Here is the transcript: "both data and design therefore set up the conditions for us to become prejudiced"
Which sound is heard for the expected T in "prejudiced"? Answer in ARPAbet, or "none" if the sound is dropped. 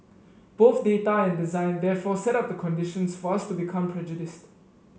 T